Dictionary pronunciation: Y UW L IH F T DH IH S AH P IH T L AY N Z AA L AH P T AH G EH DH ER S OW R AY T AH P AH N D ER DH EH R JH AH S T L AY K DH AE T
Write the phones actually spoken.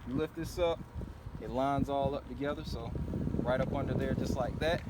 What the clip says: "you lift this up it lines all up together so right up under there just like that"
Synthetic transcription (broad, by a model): Y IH L IH F T DH IH S AH P IH T L AY N Z AA L AH P T AH G EH DH ER S OW R AY T AH P AH N D ER DH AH R JH AH S T L AY K DH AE T